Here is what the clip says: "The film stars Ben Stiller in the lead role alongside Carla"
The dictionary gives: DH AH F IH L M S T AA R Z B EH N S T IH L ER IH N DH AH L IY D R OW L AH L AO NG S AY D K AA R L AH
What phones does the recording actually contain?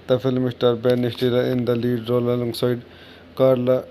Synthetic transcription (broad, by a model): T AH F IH L M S T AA R B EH N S T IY L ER IH N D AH L IY D R OW L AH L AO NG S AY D K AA R L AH